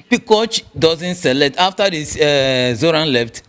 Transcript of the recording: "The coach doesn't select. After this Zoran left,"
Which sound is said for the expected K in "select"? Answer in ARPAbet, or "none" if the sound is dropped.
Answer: none